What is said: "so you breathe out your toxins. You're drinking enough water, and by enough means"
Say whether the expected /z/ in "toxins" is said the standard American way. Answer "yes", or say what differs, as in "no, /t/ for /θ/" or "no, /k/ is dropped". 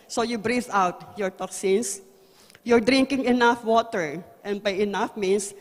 no, /s/ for /z/